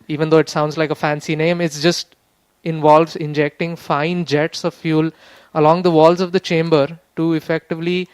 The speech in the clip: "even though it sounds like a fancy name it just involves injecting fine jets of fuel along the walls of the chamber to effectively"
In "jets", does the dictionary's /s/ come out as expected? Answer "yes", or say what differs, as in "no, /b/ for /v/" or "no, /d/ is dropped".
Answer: yes